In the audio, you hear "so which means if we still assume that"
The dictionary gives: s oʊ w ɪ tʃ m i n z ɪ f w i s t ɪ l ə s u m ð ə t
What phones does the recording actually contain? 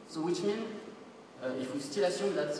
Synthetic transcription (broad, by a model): s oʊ w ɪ tʃ m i n ɪ f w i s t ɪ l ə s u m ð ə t